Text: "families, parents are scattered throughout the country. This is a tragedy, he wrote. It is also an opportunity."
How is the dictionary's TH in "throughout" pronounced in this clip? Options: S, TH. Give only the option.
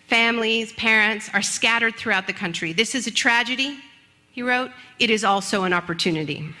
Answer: TH